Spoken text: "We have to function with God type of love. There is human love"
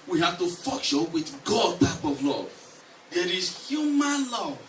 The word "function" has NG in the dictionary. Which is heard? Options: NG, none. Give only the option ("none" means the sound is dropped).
none